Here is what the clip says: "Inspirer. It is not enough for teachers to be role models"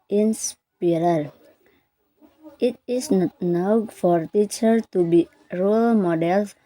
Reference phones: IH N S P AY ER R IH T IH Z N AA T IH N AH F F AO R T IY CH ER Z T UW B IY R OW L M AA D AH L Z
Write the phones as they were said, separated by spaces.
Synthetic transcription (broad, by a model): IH N S P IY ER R IH T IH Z N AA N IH UH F F AO R T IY CH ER T UW B IY R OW L M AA D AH L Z